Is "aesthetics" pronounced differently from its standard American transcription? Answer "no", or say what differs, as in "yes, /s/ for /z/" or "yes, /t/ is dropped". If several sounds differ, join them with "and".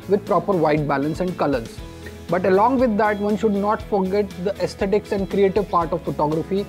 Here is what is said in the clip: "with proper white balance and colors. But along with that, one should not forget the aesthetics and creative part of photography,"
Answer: yes, /t/ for /θ/